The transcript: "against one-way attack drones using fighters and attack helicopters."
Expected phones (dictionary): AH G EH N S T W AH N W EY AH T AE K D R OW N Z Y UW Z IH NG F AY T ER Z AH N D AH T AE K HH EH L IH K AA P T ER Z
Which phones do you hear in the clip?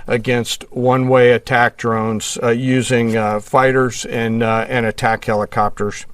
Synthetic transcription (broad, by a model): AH G EH N S T W AH N W EY AH T AE K D R OW N Z Y UW Z IH NG F AY T ER Z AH N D AH T AE K HH EH L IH K AA P T ER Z